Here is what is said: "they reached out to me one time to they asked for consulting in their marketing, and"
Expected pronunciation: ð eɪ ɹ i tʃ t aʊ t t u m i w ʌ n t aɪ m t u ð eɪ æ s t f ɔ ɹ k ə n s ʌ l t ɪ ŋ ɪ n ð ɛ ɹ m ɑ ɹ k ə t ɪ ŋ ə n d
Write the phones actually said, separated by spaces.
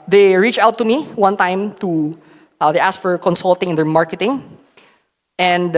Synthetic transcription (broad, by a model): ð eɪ ɹ i tʃ aʊ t t u m i w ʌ n t aɪ m t u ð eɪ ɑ s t f ɔ ɹ k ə n s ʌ l t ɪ ŋ ɪ n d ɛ ɹ m ɑ ɹ k ə t ɪ ŋ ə n d